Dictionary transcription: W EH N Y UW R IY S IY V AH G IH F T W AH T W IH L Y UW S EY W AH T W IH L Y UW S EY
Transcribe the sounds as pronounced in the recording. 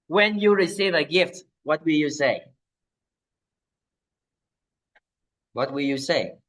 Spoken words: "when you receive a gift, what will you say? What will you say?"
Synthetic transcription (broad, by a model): W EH N Y UW R IY S IY V AH G IH F T W AH T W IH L Y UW S EY W AH T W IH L Y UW S EY